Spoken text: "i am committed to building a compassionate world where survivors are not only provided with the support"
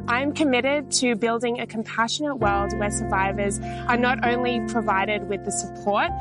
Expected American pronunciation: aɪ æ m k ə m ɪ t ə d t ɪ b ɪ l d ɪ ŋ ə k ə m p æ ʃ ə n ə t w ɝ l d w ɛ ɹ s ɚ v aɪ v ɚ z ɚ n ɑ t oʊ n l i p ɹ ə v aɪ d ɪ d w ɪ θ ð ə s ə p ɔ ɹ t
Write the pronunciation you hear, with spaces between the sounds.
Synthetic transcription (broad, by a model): aɪ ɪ m k ə m ɪ t ə d t ɪ b ɪ l d ɪ ŋ ə k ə m p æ ʃ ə n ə t w ɝ l d w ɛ ɹ s ɚ v aɪ v ɚ z ɚ n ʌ t oʊ n l i p ɹ ə v aɪ d ɪ d w ɪ ð ə s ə p ɔ ɹ t